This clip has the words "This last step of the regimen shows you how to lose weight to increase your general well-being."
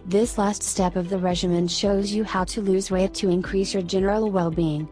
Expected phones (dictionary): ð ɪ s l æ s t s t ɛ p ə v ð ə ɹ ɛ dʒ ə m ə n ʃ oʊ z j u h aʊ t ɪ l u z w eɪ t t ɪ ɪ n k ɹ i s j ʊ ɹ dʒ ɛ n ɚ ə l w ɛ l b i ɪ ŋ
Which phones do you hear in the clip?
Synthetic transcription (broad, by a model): ð ɪ s l æ s t s t ɛ p ə v ð ə ɹ ɛ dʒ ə m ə n ʃ oʊ z j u h aʊ t ɪ l u z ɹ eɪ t t ɪ ɪ n k ɹ i s j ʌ ɹ dʒ ɛ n ɚ l w ɛ l b i ɪ ŋ